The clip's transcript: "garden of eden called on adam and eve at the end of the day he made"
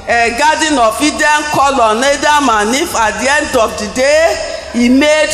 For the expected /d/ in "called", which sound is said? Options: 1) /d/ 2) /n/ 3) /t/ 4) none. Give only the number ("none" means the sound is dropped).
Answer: 4